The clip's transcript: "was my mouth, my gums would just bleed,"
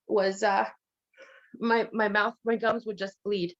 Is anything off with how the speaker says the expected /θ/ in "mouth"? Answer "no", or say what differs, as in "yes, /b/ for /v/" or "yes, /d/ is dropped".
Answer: no